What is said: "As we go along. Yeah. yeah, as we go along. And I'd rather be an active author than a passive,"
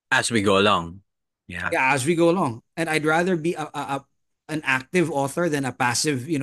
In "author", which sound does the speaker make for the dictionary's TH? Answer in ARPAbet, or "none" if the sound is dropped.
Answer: TH